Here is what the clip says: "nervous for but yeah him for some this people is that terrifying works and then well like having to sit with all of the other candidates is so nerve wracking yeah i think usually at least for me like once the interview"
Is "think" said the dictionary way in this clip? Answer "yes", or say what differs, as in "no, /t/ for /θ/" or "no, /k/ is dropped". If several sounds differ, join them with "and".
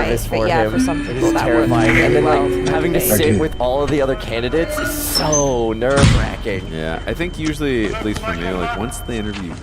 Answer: yes